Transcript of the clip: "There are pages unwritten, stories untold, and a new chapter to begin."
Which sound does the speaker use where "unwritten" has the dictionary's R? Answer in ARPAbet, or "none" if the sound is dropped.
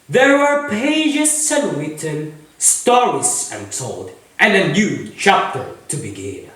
none